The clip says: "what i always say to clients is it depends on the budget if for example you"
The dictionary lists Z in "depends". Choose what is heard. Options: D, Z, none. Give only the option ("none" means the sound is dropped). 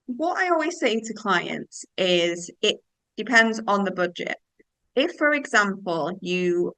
Z